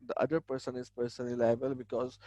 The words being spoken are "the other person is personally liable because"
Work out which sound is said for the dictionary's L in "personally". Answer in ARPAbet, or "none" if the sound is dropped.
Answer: none